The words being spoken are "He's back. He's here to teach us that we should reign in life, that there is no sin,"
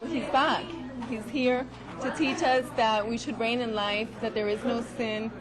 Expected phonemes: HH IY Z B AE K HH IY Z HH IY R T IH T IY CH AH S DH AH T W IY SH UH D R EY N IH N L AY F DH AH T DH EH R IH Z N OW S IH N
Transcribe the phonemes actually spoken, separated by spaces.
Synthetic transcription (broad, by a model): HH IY Z B AE K HH IY Z HH IY R T IH T IY CH AH S DH AH T W IY SH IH D R EY N IH N L AY F DH AH T DH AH R IH Z N OW S IH N